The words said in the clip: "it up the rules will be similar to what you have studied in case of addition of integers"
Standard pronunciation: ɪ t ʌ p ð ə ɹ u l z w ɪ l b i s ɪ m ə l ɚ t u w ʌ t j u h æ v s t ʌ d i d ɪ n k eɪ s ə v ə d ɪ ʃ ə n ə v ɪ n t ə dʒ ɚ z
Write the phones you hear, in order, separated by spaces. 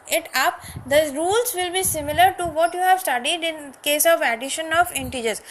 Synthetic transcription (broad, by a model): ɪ t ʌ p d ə ɹ u l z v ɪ l b i s ɪ m ə l ɚ t u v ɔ t j u h æ v s t ʌ d i d ɪ n k eɪ s ə v ə d ɪ ʃ ə n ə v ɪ n t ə dʒ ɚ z